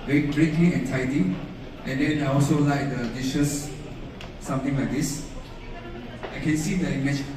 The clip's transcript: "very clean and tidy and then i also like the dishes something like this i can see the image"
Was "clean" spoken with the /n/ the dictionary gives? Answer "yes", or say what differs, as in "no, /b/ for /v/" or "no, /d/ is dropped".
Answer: no, /n/ is dropped